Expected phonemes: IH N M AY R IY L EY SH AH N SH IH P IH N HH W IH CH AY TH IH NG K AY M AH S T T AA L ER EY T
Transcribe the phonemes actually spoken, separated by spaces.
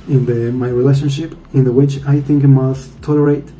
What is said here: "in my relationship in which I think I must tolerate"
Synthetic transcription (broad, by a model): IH N M AY R IY L EY SH AH N SH IH P IH N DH W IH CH AY TH IH NG K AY M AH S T T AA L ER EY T